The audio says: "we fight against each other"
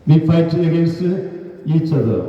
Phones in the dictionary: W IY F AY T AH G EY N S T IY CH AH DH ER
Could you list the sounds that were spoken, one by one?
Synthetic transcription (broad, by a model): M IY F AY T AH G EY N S IY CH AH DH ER